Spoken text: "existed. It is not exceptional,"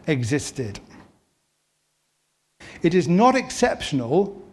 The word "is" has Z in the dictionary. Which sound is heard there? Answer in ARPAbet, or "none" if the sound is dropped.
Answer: Z